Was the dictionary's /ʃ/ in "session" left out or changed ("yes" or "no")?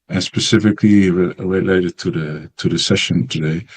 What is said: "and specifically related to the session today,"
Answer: no